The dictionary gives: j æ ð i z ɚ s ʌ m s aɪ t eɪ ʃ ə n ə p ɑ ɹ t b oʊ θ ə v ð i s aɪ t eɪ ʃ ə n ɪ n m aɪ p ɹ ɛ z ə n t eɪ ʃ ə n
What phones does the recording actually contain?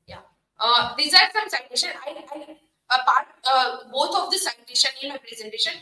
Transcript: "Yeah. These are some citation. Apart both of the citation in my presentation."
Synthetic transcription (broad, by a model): j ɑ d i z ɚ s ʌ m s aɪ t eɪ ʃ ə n ə p ɑ ɹ t b oʊ t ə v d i s aɪ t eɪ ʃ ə n ɪ n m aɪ p ɹ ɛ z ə n t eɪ ʃ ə n